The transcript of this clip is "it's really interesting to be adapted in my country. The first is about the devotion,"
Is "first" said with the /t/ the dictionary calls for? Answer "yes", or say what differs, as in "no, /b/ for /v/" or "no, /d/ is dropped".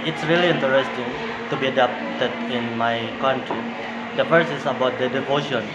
no, /t/ is dropped